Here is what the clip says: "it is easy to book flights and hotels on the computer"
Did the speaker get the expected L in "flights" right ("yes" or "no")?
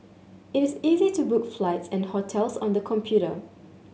yes